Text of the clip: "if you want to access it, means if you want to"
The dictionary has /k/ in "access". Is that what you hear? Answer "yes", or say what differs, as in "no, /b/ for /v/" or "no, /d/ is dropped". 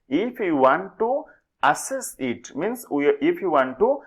no, /k/ is dropped